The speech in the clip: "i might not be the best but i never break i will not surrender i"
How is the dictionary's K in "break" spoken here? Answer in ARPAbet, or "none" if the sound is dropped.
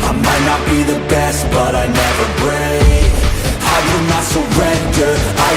none